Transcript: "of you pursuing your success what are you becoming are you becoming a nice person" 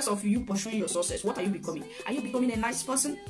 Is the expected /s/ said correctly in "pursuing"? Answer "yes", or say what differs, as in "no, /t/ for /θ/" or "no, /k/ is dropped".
no, /ʃ/ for /s/